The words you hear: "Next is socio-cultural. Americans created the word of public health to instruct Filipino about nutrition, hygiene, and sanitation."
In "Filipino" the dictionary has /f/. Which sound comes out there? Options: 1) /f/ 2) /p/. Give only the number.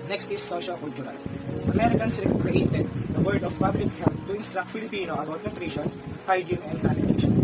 1